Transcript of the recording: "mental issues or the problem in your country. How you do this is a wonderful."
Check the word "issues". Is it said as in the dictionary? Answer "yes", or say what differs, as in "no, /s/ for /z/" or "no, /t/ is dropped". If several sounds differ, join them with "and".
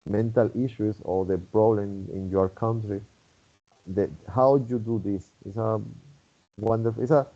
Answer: no, /s/ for /z/